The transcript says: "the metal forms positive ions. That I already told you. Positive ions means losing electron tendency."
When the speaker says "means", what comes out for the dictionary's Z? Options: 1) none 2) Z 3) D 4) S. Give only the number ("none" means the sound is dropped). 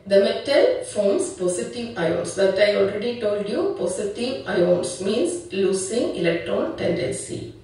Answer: 4